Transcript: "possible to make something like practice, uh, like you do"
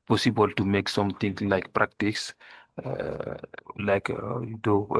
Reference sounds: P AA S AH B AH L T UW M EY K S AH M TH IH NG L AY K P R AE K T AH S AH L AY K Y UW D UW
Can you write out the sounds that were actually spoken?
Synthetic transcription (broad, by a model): P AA S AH B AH L T UW M EY K S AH M T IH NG L AY K P R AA K T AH S L AY K Y UW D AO